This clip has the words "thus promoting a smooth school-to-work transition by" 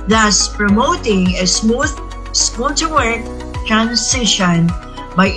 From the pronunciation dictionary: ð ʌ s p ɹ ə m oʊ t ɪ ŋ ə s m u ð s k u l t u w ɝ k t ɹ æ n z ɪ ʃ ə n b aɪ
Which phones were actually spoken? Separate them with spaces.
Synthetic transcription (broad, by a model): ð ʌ s p ɹ ə m oʊ t ɪ ŋ ə s m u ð s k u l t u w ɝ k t ɹ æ n s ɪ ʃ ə n b aɪ